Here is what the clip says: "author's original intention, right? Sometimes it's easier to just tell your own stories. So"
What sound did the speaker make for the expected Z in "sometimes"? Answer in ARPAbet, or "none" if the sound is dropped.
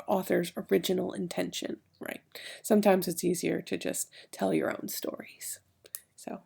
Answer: Z